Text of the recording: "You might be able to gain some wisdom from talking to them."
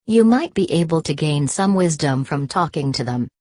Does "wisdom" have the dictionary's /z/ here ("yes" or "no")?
yes